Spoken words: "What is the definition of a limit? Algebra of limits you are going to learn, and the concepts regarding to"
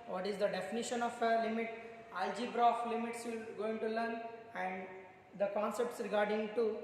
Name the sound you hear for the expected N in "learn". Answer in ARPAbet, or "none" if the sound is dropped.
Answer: N